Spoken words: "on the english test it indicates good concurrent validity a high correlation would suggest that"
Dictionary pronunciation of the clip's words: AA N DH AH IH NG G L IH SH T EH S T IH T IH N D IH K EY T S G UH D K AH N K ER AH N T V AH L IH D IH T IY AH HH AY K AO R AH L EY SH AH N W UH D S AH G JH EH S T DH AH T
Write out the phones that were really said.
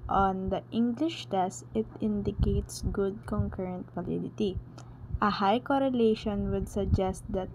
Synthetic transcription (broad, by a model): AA N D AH IH NG G L IH SH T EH S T IH T IH N D IH K EY T S G UH D K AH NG K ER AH N T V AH L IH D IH T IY AH HH AY K AO R AH L EY SH AH N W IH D S AH G JH EH S T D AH T